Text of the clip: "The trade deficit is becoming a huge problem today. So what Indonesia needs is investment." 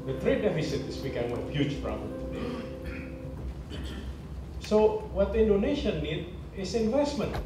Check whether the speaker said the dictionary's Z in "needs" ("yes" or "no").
no